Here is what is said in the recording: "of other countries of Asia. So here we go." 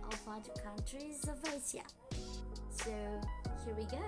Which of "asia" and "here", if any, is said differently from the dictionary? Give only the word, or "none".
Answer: asia